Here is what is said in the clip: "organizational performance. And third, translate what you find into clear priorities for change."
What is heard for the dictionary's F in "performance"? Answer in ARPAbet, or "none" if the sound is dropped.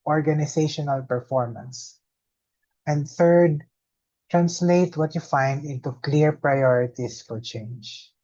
F